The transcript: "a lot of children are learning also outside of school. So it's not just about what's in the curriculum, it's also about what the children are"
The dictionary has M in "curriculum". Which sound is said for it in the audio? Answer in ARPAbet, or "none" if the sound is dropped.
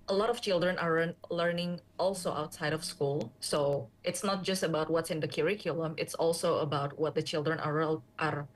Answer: M